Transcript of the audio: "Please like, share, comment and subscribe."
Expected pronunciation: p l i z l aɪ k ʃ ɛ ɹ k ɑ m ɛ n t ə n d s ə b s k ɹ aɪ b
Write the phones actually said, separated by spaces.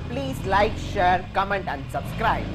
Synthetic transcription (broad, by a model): p l i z l aɪ k ʃ ɛ ɹ k ɑ m ɛ n t ə n d s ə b s k ɹ aɪ b